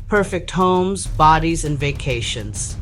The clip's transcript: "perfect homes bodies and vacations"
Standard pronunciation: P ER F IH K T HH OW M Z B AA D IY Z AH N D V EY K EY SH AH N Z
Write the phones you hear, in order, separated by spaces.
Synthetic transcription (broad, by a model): P ER F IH K T HH OW M Z B AA D IY Z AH N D V EY K EY SH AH N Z